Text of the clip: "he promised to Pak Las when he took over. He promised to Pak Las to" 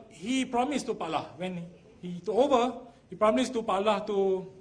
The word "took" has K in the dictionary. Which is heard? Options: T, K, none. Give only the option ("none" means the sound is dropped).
none